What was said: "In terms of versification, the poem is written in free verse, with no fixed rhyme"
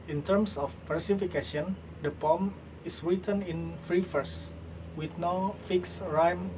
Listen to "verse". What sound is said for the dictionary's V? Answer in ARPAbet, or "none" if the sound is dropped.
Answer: F